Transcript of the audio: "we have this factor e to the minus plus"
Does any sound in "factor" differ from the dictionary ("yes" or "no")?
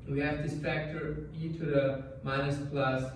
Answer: yes